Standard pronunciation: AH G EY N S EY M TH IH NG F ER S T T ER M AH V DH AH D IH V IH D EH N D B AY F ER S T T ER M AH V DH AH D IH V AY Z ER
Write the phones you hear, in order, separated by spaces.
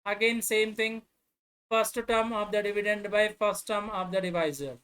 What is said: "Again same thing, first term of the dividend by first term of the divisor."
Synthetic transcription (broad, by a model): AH G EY N S EY M T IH NG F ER S T T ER M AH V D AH D IH V IH D EH N D B AY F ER S T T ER M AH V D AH D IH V AY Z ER